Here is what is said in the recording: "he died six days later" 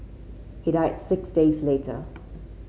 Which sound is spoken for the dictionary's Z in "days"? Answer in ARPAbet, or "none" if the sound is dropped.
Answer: Z